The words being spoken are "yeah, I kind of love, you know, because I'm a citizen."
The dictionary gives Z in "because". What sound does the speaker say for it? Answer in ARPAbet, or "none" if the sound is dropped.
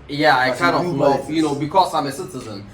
S